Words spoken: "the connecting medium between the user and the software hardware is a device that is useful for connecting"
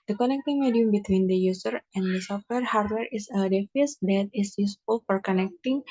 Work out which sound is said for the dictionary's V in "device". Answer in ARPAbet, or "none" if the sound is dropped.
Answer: F